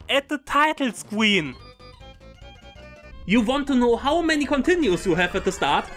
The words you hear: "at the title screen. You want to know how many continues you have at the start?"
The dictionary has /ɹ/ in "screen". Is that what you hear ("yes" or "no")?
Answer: no